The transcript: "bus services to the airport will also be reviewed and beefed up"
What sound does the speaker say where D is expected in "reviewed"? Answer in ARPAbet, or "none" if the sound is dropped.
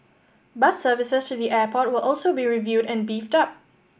D